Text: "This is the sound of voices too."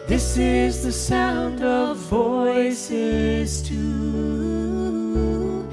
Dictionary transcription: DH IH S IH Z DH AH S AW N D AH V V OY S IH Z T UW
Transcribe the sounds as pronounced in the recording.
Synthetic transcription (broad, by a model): DH IH S IH Z DH AH S AW N D AH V V OY S IH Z T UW